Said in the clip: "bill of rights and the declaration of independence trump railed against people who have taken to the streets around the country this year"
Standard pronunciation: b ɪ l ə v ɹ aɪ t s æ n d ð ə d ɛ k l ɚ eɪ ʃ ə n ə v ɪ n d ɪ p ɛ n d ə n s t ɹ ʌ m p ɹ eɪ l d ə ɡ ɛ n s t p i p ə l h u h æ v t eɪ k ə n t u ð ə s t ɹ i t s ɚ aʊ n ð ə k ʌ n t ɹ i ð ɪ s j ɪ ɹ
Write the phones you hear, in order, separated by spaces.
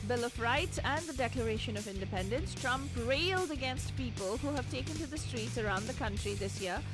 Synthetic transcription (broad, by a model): b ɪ l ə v ɹ aɪ t s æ n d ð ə d ɛ k l ɚ eɪ ʃ ə n ə v ɪ n d ɪ p ɛ n d ə n s t ɹ ʌ m p ɹ eɪ l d ə ɡ ɛ n s t p i p ə l h u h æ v t eɪ k ə n t u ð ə s t ɹ i t s ɚ aʊ n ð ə k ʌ n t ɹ i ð ɪ s j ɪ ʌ